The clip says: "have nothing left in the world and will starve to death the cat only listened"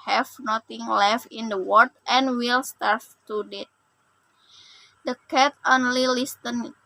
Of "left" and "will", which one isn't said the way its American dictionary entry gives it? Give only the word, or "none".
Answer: none